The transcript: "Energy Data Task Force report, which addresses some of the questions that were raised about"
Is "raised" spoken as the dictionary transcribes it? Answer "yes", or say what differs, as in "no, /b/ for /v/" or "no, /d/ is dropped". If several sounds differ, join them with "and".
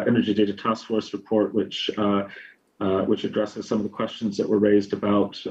yes